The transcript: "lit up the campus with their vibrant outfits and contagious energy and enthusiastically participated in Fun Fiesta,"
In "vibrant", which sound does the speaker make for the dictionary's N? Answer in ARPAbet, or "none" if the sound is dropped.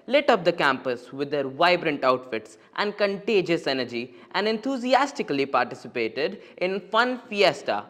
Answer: N